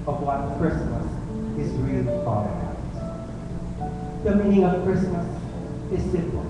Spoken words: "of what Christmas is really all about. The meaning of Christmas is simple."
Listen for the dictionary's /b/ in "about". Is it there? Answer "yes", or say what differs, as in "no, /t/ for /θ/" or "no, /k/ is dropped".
no, /b/ is dropped